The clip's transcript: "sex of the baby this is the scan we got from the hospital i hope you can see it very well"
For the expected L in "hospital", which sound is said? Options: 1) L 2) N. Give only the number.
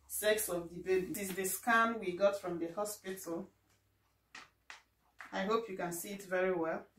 1